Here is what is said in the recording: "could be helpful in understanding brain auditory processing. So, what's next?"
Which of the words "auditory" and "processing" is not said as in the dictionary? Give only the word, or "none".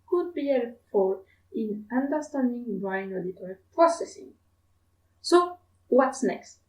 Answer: none